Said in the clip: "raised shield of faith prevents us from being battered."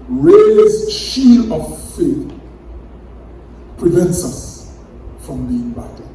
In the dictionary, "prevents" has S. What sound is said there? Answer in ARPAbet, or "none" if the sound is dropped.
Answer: S